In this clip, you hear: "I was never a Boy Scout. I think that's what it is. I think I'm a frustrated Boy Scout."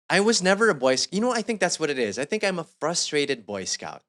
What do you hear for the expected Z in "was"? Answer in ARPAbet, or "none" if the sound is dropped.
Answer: Z